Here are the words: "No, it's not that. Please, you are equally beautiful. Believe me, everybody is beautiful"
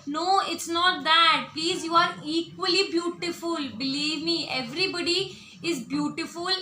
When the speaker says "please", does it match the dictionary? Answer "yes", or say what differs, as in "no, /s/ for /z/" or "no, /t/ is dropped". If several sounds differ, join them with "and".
yes